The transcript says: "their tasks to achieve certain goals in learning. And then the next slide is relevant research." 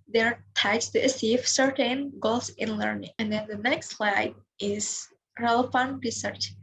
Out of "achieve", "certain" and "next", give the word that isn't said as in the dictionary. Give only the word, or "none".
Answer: achieve